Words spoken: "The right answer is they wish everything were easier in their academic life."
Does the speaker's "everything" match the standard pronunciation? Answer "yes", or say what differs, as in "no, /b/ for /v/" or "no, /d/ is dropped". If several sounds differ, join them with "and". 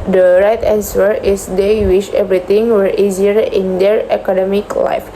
no, /t/ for /θ/